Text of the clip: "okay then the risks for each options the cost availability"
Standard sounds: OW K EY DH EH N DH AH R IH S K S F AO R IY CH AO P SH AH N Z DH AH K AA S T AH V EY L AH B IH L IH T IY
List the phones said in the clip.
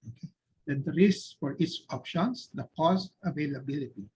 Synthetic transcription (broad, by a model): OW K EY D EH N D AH R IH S S F AO R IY S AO P SH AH N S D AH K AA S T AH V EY L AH B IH L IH T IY